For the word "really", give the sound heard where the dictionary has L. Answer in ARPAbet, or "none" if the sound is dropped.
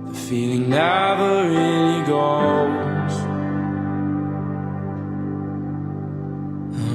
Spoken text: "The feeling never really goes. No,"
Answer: N